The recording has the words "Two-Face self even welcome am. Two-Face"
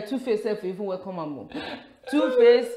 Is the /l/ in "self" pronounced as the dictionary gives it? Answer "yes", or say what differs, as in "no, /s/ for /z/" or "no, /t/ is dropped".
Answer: no, /l/ is dropped